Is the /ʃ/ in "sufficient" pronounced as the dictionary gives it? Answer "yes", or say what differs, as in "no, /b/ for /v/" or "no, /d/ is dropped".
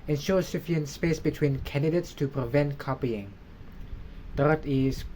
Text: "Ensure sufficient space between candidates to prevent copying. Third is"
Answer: no, /ʃ/ is dropped